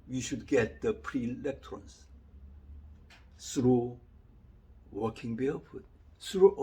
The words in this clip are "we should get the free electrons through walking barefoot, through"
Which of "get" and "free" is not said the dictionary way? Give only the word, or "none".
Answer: free